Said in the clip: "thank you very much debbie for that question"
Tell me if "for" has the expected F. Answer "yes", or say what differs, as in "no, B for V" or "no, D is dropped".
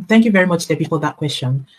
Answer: no, P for F